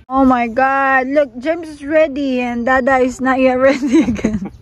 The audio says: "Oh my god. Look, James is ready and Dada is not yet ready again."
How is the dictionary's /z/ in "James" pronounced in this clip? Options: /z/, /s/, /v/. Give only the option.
/s/